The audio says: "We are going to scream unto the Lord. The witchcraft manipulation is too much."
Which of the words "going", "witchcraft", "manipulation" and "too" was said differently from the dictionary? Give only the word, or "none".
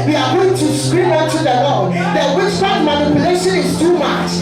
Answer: witchcraft